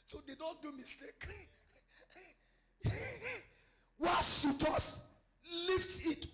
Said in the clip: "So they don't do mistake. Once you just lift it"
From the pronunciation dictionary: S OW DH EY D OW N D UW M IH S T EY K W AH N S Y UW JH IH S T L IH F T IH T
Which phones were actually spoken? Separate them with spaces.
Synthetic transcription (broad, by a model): S OW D EY D OW N D UW M IH S T EY K W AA S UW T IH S L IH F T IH T